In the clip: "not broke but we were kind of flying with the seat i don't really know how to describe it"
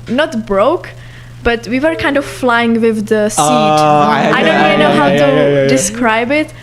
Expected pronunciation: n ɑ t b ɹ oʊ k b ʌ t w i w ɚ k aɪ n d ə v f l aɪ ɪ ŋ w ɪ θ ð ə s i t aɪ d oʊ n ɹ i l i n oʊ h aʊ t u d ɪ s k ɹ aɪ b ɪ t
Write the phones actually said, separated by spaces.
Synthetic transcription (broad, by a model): n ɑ t b ɹ oʊ k b ʌ t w i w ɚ k aɪ n d ə v f l aɪ ɪ ŋ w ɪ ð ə s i aɪ d oʊ n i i n oʊ h aʊ t u d ɪ s k ɹ aɪ b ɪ t